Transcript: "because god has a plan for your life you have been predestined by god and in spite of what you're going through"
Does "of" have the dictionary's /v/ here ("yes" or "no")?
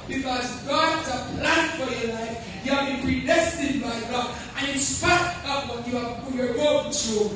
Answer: no